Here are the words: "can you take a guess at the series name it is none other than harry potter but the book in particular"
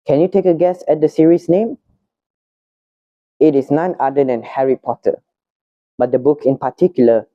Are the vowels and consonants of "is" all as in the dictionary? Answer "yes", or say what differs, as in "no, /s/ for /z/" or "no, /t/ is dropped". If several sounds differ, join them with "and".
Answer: no, /s/ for /z/